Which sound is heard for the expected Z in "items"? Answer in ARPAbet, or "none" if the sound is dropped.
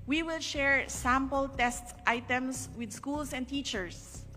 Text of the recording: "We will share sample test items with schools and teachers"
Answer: S